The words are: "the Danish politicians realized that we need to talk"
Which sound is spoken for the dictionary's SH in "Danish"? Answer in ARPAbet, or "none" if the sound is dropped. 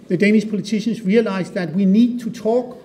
SH